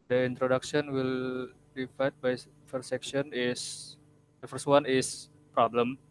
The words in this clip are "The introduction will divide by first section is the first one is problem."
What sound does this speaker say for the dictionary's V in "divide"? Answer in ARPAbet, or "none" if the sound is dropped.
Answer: F